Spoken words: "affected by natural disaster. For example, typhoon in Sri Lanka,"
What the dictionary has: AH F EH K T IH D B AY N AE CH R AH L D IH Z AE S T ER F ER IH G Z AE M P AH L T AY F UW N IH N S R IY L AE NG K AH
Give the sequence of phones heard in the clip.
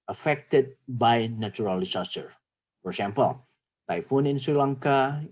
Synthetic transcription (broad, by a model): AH F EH K T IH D B AY N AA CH R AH L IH S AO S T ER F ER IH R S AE M P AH L T AY F UW N IH N S R IY L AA NG K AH